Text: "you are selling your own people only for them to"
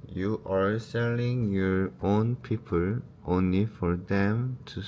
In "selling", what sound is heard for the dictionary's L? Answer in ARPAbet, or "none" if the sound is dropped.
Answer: L